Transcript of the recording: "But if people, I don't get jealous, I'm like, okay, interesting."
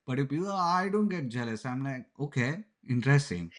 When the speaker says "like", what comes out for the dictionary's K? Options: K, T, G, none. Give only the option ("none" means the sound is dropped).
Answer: none